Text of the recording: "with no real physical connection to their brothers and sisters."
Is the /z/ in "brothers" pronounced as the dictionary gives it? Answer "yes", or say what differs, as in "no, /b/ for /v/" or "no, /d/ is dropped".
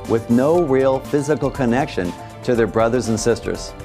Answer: yes